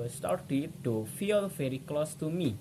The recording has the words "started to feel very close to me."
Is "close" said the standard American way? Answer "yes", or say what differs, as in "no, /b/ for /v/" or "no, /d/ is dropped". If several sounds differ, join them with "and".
yes